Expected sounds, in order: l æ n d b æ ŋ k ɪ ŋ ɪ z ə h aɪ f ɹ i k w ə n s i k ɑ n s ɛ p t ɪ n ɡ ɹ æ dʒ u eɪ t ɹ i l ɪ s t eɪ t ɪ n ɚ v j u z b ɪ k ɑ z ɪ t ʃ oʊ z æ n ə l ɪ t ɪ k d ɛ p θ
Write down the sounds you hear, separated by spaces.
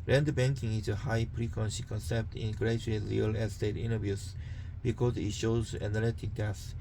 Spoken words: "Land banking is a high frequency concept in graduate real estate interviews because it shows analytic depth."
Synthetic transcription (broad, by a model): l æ n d b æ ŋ k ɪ ŋ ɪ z ə h aɪ p ɹ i k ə n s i k ɑ n s ɛ p t ɪ n ɡ ɹ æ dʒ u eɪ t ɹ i l ɪ s t eɪ t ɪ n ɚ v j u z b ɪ k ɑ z ɪ t ʃ oʊ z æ n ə l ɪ t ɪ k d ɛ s